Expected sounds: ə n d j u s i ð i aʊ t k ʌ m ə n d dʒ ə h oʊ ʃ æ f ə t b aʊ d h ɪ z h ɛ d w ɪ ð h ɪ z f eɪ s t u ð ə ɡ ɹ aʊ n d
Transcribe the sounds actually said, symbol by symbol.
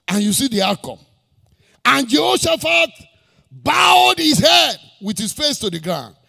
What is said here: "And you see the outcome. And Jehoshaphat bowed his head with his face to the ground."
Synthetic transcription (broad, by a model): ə n j u s i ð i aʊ k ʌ ə n dʒ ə h oʊ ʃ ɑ f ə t b aʊ d h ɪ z h ɛ d w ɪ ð h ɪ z f eɪ s t u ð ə ɡ ɹ aʊ n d